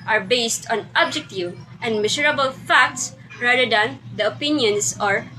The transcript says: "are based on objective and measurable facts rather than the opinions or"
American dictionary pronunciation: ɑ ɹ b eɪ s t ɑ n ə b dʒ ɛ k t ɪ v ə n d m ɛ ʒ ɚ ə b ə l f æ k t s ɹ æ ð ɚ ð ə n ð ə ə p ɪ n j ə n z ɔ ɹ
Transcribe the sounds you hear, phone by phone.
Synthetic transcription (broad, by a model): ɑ ɹ b eɪ s t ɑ n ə b dʒ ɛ k t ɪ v ə n d m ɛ s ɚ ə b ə l f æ k t s ɹ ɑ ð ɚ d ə n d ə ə p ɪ n j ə n s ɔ ɹ